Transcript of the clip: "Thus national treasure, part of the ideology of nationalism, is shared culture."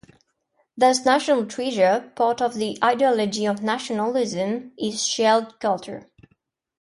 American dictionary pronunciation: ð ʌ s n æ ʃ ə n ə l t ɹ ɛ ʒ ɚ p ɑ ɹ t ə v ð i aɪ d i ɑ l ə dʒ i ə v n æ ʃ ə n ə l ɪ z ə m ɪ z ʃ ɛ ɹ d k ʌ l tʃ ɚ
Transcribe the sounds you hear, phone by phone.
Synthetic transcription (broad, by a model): ð ʌ s n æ ʃ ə n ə l t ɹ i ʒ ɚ p ɑ ɹ t ə v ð i aɪ d i ɑ l ə dʒ i ə v n æ ʃ ə n ə l ɪ z ə m ɪ z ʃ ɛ l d k ʌ l tʃ ɚ